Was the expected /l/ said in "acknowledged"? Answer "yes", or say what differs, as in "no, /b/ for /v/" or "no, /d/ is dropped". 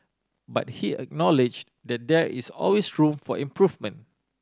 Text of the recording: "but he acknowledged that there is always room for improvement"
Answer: yes